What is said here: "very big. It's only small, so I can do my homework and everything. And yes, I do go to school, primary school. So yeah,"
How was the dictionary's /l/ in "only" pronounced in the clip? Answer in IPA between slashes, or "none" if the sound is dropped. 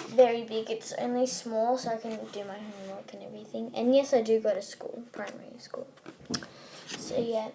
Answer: /l/